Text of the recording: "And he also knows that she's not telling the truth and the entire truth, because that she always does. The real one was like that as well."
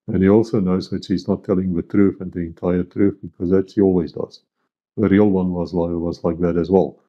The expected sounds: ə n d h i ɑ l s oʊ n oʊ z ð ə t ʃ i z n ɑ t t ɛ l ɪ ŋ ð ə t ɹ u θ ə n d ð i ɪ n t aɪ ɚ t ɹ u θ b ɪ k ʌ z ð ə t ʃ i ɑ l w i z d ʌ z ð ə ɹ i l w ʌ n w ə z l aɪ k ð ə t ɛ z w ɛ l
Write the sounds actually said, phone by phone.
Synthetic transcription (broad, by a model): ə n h i ɑ l s oʊ n oʊ z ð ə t ʃ i z n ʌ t t ɛ l ɪ ŋ ð ə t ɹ u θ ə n ð i ɪ n t aɪ ɚ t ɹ u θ b ɪ k ʌ z ð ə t ʃ i ɑ l w i z d ʌ z ð ə ɹ i l w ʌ n w ə z l aɪ k ð ə t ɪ z w ɛ l